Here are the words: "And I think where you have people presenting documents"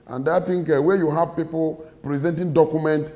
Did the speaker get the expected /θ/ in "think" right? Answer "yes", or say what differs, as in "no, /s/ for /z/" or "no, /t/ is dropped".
no, /t/ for /θ/